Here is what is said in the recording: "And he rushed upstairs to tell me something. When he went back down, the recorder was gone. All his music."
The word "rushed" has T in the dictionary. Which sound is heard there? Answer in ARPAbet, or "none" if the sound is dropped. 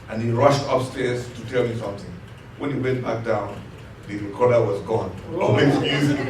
T